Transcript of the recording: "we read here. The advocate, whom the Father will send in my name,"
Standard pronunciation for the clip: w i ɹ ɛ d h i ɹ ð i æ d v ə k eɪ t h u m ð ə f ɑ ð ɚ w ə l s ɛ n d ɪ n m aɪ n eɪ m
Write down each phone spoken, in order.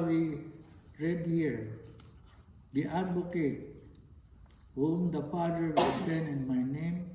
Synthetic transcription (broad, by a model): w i ɹ ɛ d h i ɹ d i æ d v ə k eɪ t h u m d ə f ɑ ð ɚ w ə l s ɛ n ɪ n m aɪ n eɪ m